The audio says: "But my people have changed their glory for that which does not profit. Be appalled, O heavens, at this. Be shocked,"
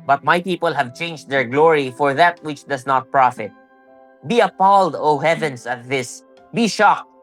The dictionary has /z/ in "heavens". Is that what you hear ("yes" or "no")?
no